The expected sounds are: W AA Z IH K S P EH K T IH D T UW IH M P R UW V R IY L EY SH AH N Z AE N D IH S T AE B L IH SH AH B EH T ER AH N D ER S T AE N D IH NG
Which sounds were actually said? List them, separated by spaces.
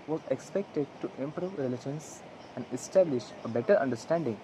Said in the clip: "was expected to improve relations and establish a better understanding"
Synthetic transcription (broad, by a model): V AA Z IH K S P EH K T IH D T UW IH M P R UW V R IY L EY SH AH N S AE N D IH S T AE B L IH SH AH B EH T ER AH N D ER S T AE N D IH NG